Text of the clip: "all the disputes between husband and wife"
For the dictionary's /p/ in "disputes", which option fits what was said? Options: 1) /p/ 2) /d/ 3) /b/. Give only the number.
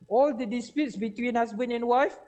1